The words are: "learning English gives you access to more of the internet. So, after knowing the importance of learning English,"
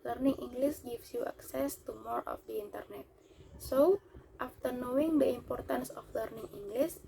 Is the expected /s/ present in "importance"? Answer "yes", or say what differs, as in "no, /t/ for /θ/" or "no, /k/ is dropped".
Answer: yes